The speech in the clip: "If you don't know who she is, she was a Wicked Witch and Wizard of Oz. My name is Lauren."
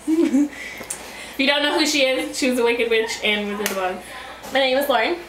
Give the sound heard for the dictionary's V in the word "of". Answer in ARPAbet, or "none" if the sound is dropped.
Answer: W